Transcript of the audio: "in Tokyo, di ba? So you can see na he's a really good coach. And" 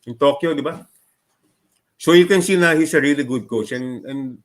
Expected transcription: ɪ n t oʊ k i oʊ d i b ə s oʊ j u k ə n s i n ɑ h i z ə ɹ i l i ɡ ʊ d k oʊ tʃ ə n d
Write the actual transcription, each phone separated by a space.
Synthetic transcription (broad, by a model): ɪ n t oʊ k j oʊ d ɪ b ə s oʊ j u k ə n s i n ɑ h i s ə ɹ i l i ɡ ʊ d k oʊ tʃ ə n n